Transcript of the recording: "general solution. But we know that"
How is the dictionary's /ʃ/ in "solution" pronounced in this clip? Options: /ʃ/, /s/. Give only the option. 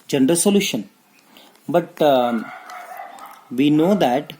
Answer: /ʃ/